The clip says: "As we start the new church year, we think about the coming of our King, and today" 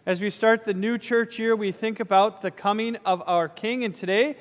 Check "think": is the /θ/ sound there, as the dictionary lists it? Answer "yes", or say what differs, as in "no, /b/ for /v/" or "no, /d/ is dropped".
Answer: yes